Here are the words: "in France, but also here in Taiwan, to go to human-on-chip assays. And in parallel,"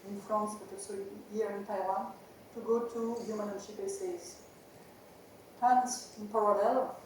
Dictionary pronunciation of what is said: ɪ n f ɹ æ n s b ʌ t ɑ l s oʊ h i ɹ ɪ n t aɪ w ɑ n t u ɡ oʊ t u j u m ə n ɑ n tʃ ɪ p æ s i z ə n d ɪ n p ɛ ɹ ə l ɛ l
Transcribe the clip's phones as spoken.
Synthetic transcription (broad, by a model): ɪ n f ɑ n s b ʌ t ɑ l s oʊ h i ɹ ɪ n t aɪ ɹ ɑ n t u ɡ oʊ t u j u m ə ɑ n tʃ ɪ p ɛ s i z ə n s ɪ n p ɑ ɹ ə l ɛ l